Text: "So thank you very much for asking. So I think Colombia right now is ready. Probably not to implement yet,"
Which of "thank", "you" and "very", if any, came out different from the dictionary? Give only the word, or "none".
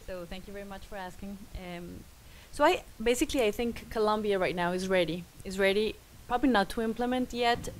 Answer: none